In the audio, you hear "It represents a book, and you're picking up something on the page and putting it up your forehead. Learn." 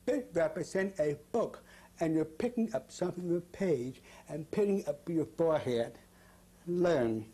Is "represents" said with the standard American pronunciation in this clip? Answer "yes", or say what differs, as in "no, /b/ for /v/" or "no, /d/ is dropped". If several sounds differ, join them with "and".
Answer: no, /s/ is dropped